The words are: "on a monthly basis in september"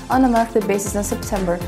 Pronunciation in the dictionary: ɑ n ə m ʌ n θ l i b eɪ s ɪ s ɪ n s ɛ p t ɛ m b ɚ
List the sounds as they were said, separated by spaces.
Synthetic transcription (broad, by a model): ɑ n ə m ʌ θ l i b eɪ s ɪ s ɪ n s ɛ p t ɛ m b ɚ